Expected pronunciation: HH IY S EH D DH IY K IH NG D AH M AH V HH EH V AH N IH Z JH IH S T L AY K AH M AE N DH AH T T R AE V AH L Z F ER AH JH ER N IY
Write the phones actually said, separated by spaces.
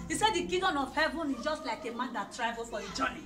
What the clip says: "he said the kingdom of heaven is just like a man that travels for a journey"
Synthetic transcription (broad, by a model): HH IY S EH D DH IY K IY D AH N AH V HH EH V AH N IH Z JH IH S T L AY K AH M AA N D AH T T R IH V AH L F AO AH JH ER N IY